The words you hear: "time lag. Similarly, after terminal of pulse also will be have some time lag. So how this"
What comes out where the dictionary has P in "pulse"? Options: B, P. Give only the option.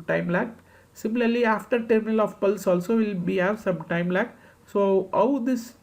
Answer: P